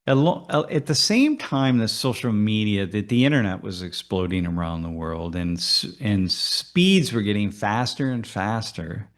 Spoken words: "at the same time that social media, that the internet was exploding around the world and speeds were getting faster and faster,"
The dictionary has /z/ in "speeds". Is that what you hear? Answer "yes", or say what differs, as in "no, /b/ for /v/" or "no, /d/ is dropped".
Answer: yes